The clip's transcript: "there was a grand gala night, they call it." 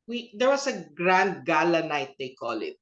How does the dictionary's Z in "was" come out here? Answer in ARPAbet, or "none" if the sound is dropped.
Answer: S